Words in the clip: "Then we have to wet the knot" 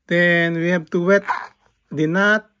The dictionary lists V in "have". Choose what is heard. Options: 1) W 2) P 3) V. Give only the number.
2